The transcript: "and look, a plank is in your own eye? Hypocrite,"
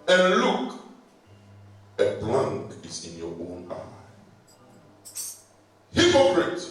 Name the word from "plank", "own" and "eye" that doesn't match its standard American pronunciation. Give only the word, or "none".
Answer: plank